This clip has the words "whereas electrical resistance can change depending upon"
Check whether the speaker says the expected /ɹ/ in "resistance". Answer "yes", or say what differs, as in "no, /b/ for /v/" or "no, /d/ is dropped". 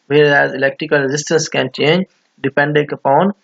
yes